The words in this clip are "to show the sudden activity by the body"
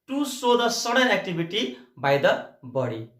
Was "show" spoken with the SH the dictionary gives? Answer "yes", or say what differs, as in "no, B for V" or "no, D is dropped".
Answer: no, S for SH